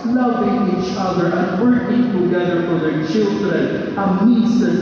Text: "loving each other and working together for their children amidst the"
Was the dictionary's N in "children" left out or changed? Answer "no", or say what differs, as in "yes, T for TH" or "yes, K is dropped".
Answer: yes, N is dropped